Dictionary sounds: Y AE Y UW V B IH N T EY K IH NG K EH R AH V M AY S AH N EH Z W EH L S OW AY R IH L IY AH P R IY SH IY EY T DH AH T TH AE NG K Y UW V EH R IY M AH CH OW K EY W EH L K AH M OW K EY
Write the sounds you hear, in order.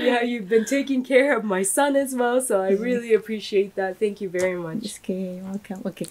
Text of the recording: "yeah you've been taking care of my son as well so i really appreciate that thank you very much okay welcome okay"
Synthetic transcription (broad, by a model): Y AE Y UW V B IH N T EY K IH NG K EH R AH V M AY S AH N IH Z W EH L S OW AY R IH L IY AH P R IY SH IY EY T DH AH T TH AE NG K Y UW V EH R IY M AH CH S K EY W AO K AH OW K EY